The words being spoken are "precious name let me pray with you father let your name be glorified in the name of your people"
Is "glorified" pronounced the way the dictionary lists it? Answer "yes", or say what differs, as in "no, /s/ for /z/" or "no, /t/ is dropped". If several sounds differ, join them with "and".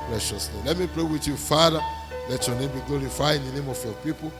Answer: no, /d/ is dropped